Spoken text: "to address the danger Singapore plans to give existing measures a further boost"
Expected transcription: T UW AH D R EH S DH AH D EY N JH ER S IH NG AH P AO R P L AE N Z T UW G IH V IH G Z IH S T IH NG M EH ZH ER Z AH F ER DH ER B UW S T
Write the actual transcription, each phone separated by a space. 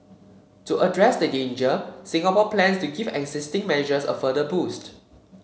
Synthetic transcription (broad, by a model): T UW AH D R EH S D AH D EY N JH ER S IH NG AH P AO P L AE N S T UW G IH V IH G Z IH S T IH NG M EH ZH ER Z AH F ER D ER B UW S T